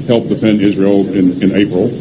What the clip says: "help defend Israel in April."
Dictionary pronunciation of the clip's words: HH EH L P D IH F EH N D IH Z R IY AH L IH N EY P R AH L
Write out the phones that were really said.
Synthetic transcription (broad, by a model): HH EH L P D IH F EH N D IH Z R IY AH N IH N EY P R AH L